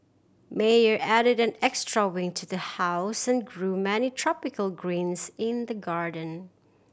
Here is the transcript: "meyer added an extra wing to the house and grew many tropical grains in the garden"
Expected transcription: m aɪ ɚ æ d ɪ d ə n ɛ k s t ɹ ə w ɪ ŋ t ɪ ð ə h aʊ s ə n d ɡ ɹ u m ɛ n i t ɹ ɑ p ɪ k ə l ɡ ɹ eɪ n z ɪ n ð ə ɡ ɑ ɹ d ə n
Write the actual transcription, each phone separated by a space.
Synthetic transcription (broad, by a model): m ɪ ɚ æ d ɪ d ə n ɛ k s t ɹ ə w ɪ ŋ t ɪ ð ə h aʊ s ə n ɡ ɹ u m ɛ n i t ɹ ɑ p ɪ k ə l ɡ ɹ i n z ɪ n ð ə ɡ ɑ ɹ d ə n